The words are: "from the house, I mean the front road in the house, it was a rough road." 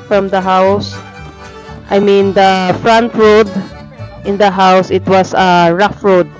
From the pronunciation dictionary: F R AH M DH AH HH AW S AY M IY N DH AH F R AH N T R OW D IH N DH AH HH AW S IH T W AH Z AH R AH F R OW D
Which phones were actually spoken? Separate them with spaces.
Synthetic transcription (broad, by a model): F R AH M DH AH HH AW S AY M IY N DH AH F R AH N T R OW D IH N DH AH HH AW S IH T W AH S AH R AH F R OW D